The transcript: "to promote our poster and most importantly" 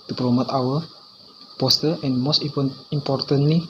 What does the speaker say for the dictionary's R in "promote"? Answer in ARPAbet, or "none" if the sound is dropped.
L